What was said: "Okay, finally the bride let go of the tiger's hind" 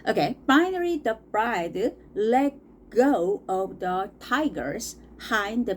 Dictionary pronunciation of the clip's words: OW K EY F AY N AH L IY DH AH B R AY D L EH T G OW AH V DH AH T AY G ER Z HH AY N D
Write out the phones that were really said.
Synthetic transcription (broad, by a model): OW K EY P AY N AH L IY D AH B R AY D L EH T G OW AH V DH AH T AY G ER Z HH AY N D